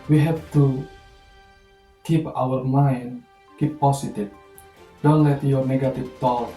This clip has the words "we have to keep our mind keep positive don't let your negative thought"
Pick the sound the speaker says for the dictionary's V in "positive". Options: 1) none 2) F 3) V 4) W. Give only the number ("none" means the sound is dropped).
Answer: 2